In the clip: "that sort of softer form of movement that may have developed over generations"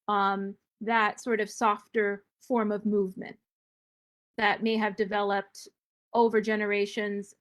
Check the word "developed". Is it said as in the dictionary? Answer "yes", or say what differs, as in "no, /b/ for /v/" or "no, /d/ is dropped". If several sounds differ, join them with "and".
yes